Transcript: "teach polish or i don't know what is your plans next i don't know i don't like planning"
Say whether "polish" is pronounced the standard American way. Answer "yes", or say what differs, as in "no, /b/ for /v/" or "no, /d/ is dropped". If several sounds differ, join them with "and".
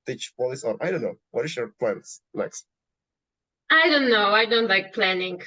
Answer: no, /s/ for /ʃ/